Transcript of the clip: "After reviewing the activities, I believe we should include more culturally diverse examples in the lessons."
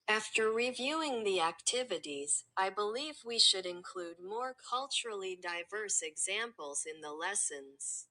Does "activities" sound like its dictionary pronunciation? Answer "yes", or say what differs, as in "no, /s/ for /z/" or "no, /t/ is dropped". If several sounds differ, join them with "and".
yes